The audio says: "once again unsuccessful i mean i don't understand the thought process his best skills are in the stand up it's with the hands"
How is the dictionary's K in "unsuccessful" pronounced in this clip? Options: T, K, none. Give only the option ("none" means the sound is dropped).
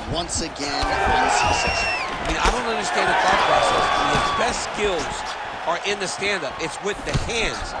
none